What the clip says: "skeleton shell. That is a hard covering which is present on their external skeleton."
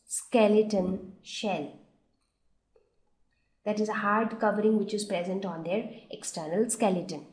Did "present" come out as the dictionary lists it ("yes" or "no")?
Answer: yes